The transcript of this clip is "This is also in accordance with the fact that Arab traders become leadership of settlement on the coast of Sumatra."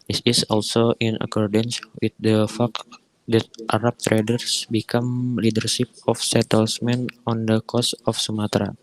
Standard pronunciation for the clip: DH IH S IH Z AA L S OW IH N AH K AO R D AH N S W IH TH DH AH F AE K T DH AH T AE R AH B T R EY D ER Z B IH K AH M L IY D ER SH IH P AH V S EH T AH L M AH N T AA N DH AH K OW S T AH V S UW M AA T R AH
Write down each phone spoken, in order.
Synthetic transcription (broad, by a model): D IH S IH S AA L S OW IH N AH K AO R D AH N S W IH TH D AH F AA K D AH T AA R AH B T R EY D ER S B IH K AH M L IY D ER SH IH P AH F S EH T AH L M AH N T AA N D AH K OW S AH F S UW M AA T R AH